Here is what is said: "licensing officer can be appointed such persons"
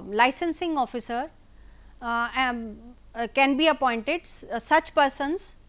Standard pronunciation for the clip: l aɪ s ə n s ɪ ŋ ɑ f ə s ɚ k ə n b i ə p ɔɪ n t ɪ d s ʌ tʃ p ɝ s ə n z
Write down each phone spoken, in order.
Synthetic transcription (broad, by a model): l aɪ s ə n s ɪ ŋ ɑ f ə s ɚ k ə n b i ə p ɔɪ n t ɪ d s ʌ tʃ p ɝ s ə n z